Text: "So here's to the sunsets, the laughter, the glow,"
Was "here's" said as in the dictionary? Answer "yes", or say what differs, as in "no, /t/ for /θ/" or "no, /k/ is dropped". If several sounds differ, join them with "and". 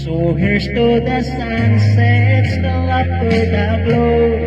no, /s/ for /z/